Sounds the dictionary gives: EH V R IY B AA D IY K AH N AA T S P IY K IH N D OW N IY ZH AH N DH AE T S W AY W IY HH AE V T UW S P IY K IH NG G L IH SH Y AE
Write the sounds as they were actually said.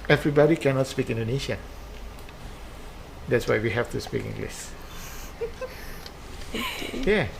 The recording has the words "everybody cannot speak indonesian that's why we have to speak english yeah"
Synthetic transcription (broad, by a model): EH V R IY B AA D IY K AH N AA T S P IY K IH N D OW N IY SH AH N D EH T S W AY W IY HH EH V T UW S P IY K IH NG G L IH S Y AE